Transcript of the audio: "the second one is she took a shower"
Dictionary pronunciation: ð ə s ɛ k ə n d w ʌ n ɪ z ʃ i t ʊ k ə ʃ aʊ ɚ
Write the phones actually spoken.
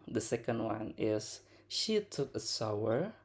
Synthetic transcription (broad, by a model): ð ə s ɛ k ə n d w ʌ n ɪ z ʃ i t ʊ k ə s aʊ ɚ